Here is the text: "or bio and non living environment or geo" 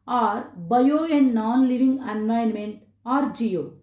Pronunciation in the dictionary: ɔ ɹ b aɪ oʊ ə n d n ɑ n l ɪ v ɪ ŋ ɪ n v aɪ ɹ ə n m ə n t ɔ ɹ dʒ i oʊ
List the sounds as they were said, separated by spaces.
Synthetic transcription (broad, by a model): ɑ ɹ b aɪ oʊ ə n d n ɑ n l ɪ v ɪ ŋ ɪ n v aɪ ə n m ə n t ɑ ɹ dʒ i oʊ